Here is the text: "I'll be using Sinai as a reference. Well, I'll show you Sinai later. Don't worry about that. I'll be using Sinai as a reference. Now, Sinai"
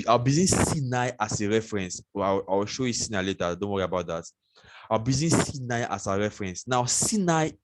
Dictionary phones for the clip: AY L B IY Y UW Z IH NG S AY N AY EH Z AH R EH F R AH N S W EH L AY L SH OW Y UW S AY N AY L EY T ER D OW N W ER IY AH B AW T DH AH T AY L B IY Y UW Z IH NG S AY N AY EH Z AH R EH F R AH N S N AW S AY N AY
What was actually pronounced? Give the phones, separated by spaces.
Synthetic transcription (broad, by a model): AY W B IY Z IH S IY N AY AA S AH R EH F R AH N S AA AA W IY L SH OW Y UW S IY N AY L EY T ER D OW N W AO IY AH B AW T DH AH T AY W B IY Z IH S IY N AY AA S AH R EH F R AH N S N AW S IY N AY